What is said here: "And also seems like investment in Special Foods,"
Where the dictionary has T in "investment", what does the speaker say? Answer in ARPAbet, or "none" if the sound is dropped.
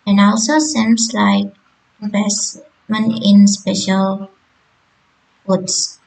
none